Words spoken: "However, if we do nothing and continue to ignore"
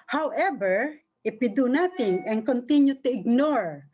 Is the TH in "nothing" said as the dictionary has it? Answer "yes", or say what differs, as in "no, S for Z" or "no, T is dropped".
no, T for TH